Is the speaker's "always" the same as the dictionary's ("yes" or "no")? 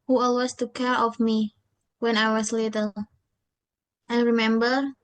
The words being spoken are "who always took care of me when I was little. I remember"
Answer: no